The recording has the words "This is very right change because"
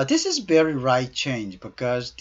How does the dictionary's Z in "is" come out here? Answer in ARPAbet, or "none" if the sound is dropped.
Z